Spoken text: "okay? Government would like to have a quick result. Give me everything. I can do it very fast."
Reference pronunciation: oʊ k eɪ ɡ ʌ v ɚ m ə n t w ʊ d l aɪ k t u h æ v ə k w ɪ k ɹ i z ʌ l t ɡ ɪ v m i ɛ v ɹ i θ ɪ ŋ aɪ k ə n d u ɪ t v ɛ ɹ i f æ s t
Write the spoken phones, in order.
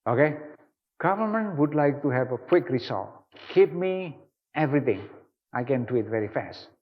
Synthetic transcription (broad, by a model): oʊ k eɪ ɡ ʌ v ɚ m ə n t w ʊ d l aɪ k t u h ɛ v ə k w ɪ k ɹ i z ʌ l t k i p m i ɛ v ɹ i t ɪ ŋ aɪ k ə n d u ɪ t v ɛ ɹ i f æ s t